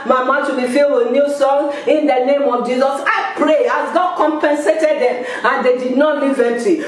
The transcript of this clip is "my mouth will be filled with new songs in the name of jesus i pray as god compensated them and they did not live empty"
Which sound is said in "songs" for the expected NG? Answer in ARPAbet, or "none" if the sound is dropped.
none